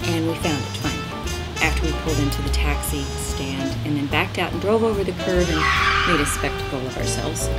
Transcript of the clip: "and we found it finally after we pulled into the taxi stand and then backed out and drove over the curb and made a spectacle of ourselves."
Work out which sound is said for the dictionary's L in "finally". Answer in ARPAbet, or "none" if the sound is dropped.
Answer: none